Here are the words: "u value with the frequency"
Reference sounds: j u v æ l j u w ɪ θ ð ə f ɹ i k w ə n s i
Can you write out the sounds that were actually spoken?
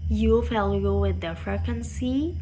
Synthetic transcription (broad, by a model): j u f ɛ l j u w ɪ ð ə f ɹ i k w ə n s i